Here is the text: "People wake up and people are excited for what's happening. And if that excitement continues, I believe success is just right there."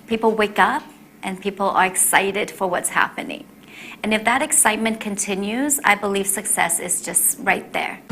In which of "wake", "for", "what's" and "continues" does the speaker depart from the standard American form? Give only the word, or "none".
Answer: none